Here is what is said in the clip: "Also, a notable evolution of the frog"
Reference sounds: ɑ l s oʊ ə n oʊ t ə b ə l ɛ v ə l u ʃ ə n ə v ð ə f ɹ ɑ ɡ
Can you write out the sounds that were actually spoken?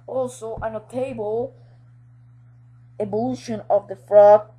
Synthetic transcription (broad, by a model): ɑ l s oʊ ə n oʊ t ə b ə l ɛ b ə l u ʃ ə n ə v ð ə f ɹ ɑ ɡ